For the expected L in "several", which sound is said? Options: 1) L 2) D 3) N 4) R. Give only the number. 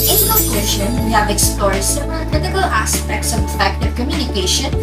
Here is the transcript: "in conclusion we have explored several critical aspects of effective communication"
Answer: 3